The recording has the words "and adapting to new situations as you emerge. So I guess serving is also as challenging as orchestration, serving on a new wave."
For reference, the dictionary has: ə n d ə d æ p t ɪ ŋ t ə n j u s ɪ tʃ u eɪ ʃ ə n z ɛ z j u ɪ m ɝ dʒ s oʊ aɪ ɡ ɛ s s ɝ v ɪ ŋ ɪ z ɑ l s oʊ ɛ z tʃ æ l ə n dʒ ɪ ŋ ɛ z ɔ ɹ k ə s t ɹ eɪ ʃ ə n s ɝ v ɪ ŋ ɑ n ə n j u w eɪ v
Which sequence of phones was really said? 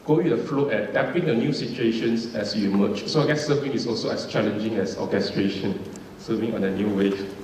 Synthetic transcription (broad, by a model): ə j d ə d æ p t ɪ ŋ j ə n j u s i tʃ u eɪ ʃ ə n s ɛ s j u m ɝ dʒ s oʊ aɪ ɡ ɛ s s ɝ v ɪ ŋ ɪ s ɑ l s oʊ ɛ s tʃ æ l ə n dʒ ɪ ŋ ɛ s ɔ k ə s t ɹ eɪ ʃ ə n s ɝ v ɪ ŋ ɑ n ə n j u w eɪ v